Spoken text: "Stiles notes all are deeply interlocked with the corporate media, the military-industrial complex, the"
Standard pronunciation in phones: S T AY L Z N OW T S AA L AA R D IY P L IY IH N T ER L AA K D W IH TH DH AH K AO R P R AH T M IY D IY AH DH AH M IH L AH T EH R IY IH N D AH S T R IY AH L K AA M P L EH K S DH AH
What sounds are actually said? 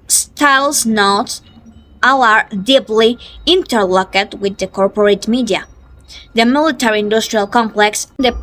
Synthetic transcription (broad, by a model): S T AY L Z N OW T AA L AA R D IY P L IY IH N T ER L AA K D W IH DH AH K AO R P R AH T M IY D IY AH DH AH M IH L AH T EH R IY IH N D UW S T R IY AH L K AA M P L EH K S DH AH